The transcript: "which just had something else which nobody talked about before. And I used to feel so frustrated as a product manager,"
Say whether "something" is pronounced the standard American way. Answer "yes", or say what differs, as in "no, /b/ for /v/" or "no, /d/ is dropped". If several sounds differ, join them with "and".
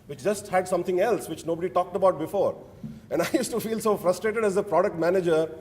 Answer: no, /t/ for /θ/